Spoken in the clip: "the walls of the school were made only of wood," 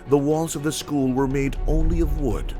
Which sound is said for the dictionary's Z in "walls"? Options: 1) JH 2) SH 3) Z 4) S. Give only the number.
3